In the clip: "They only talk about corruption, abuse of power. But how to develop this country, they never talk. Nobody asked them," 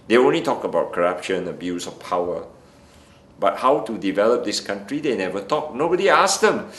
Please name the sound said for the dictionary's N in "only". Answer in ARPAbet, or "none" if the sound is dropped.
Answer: N